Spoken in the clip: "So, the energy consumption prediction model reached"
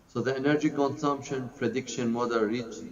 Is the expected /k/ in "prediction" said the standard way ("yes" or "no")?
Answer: yes